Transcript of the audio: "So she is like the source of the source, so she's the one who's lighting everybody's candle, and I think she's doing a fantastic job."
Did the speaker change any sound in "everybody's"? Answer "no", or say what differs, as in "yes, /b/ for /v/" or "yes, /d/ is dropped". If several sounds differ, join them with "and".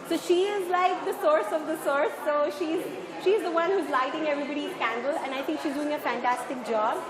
yes, /z/ is dropped